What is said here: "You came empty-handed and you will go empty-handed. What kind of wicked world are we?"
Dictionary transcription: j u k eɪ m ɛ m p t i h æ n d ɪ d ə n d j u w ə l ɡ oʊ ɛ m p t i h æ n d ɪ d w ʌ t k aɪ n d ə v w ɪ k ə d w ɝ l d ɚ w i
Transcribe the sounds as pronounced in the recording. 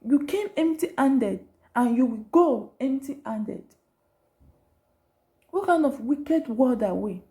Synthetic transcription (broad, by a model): j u k eɪ m ɛ m p t i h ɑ n d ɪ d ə n j u w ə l ɡ oʊ ɛ m p t i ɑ n d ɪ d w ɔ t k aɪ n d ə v w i k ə d w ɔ d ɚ w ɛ